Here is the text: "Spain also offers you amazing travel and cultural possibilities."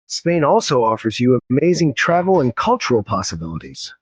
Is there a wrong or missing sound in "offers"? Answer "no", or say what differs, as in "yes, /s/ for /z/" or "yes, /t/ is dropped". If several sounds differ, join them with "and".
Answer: no